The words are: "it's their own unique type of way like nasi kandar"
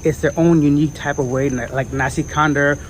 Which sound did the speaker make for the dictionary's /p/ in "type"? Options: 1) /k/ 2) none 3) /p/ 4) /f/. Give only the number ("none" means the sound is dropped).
3